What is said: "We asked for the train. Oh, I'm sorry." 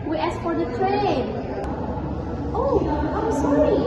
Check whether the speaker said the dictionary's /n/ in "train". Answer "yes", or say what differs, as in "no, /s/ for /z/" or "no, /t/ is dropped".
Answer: no, /l/ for /n/